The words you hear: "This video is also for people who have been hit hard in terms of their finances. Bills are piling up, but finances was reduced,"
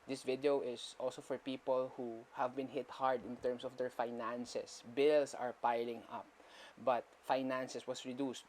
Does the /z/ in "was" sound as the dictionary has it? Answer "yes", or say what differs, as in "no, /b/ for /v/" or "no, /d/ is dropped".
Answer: no, /s/ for /z/